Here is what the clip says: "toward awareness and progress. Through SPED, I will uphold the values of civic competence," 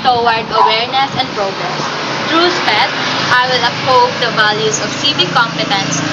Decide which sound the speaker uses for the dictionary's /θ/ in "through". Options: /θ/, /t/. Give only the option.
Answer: /t/